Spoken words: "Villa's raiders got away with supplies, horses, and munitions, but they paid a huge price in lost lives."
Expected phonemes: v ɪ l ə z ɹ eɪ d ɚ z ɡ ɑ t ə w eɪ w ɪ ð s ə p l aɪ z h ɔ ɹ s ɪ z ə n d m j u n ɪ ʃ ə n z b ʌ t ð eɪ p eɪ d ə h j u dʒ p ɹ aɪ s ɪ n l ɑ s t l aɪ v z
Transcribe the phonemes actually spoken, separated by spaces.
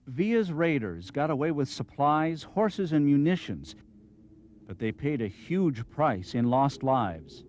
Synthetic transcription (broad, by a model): v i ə z ɹ eɪ d ɚ z ɡ ɑ t ə w eɪ w ɪ ð s ə p l aɪ z h ɔ ɹ s ɪ z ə n m j u n ɪ ʃ ə n z b ʌ t ð eɪ p eɪ d ə h j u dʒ p ɹ aɪ s ɪ n l ɑ s t l aɪ v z